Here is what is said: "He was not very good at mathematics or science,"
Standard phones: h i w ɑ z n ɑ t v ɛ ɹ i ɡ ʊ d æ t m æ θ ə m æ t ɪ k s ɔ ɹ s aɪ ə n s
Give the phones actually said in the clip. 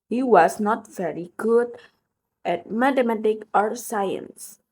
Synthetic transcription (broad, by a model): h i w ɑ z n ɑ t v ɛ ɹ i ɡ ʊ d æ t m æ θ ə m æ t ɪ k ɔ ɹ s aɪ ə n s